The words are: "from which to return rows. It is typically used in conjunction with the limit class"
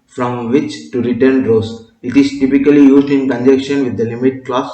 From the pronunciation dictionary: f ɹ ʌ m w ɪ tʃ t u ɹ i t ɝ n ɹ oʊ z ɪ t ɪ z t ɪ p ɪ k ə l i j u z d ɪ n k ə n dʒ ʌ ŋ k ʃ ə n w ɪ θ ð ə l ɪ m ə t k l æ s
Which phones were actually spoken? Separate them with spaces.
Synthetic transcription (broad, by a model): f ɹ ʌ m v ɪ tʃ t u ɹ i t ɝ n ɹ oʊ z ɪ t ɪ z t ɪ p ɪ k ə l i j u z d ɪ n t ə n dʒ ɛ k ʃ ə n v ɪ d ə l ɪ m ə t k l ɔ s